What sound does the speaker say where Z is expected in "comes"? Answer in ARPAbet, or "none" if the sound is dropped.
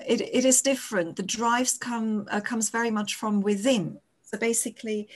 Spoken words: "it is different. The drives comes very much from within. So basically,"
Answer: Z